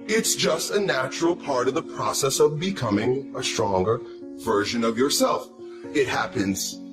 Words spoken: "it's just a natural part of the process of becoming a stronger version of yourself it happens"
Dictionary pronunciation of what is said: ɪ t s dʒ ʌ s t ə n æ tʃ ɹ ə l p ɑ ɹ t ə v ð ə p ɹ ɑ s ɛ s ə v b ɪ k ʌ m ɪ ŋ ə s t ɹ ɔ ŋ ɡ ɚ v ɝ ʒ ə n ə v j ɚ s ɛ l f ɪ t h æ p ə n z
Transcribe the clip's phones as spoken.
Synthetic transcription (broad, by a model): ɪ t s dʒ ʌ s t ə n æ tʃ ɹ l p ɑ ɹ t ə v ð ə p ɹ ɑ s ɛ s ə v b ɪ k ʌ m ɪ ŋ ə s t ɹ ɔ ŋ ɡ ɚ v ɝ ʒ ə n ə v j ɚ s ɛ l f ɪ t h æ p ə n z